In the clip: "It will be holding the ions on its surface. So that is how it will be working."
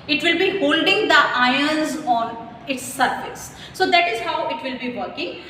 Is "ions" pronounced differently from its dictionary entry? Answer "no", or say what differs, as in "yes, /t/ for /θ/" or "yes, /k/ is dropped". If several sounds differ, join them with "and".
no